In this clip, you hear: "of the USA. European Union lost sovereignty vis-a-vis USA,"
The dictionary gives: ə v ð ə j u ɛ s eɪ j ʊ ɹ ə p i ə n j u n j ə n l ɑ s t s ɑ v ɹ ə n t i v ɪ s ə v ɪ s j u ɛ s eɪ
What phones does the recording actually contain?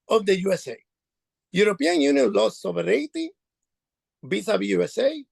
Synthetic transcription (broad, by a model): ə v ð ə j u ɛ s eɪ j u ɹ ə p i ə n j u n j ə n l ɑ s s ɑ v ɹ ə t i b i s ə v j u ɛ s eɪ